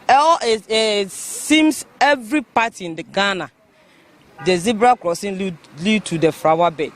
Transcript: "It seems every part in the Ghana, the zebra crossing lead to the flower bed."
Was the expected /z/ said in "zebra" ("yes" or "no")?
yes